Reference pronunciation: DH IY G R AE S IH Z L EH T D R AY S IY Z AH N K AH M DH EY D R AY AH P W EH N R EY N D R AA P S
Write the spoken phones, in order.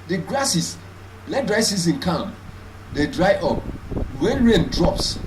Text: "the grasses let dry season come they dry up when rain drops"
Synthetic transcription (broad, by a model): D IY G R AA S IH S L EH T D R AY S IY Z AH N K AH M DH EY D R AY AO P W EH N R EY N D R AA P S